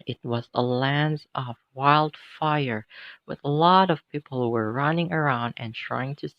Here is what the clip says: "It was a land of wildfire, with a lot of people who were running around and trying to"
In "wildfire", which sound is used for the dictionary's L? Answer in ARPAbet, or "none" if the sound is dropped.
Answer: L